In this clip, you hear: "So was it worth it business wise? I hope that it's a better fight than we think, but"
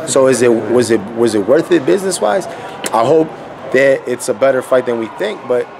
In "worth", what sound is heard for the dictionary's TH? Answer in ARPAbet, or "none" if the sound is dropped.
TH